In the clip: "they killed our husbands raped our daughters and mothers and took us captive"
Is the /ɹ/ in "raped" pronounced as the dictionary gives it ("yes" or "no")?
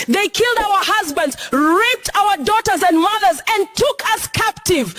yes